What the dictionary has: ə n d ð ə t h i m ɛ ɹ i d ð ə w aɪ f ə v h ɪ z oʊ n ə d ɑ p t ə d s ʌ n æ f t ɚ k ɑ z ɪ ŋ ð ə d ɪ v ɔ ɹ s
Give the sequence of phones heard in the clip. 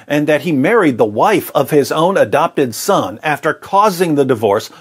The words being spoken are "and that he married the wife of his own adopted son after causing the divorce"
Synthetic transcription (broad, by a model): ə n ð ə t h i m ɛ ɹ i d ð ə w aɪ f ə v ɪ z oʊ n ə d ɑ p t ə d s ʌ n æ f t ɚ k ɑ z ɪ ŋ ð ə d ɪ v ɔ ɹ s